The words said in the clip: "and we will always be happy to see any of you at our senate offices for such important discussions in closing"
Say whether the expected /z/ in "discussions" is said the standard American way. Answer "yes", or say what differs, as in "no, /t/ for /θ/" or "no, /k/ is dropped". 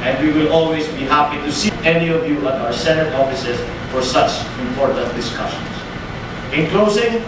no, /s/ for /z/